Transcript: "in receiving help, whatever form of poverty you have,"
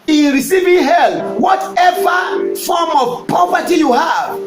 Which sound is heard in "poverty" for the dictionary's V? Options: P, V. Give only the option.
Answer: P